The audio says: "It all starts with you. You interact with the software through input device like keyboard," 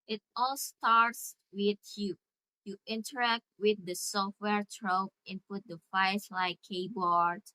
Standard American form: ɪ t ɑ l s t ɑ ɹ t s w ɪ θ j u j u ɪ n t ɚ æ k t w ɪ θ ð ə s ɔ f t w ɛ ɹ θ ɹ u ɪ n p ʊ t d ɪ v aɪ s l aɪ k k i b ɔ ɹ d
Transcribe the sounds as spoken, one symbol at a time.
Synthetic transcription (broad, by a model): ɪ t ɑ l s t ɑ ɹ t s w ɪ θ j u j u ɪ n t ɚ æ k t w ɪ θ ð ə s ɔ f t w ɛ ɹ t ɹ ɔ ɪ n p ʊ t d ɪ f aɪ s l aɪ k k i b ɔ ɹ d